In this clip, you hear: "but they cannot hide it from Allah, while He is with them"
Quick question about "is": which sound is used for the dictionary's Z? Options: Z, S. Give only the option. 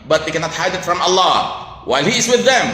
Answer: Z